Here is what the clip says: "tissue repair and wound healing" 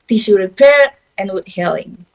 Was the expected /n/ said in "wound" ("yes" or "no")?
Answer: no